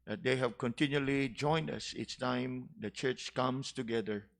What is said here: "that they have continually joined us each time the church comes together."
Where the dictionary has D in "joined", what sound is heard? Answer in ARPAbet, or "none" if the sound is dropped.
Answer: D